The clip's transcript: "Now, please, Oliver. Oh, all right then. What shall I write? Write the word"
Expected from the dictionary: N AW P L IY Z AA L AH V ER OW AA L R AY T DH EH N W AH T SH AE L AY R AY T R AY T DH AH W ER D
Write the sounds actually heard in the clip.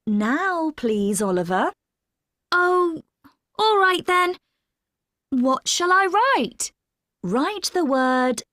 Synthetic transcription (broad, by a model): N AW P L IY Z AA L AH V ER OW AA L R AY T DH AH N W AH T SH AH L AY R AY T R AY T DH AH W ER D